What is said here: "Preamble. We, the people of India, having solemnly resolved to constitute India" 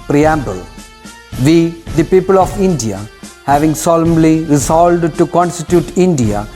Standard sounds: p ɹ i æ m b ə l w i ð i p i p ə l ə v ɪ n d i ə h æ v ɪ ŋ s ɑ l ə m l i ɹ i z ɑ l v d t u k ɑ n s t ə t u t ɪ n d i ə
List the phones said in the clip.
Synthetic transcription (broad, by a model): p ɹ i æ m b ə l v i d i p i p ə l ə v ɪ n d i ə h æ v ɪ ŋ s ɑ l ə m l i ɹ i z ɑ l d t u k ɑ n s t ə t u t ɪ n d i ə